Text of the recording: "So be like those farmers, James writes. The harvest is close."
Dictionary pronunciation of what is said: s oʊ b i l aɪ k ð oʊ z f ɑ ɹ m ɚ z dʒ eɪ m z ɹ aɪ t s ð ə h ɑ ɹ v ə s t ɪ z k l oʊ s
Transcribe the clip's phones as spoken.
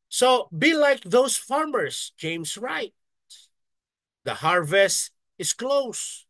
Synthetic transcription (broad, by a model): s oʊ b i l aɪ k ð oʊ s f ɑ ɹ m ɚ s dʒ eɪ m s ɹ aɪ t s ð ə h ɑ ɹ v ə s t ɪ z k l oʊ s